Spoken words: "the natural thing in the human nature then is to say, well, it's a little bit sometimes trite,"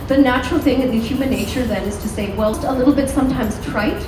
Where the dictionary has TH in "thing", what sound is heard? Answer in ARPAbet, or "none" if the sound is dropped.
TH